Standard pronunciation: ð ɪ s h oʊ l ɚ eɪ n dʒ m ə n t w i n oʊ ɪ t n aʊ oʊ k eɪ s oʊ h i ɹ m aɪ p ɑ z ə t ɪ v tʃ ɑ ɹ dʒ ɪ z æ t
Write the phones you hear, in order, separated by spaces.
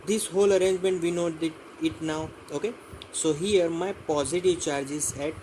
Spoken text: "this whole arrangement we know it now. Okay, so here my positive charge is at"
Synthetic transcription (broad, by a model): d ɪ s h oʊ l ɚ eɪ n dʒ m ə n t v i n oʊ ɪ t n aʊ oʊ k eɪ s oʊ h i ɹ m aɪ p ɑ z ə t ɪ v tʃ ɑ ɹ dʒ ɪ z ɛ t